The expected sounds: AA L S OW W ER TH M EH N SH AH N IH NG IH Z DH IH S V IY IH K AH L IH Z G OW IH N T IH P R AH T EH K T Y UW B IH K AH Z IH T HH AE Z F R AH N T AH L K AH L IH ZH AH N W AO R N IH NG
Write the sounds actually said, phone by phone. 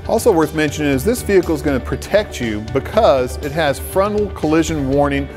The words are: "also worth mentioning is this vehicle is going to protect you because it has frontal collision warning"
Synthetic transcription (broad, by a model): AA L S OW W ER TH M EH N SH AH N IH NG IH Z DH IH S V IY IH K L Z G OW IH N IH P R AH T EH K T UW B IH K AH Z IH T HH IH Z F R AH N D L K AH L IH ZH AH N W AO R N IH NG